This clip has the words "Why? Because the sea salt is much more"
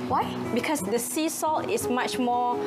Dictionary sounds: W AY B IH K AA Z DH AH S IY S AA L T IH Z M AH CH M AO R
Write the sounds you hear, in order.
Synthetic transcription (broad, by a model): W AY B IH K AA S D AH S IY S AA L T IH S M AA CH M AO